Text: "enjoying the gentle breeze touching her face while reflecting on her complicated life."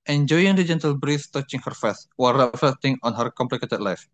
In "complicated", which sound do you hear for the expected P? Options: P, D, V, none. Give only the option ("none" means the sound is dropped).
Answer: P